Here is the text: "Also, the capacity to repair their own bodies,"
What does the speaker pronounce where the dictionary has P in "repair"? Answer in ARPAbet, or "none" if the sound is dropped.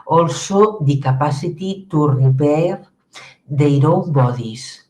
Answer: B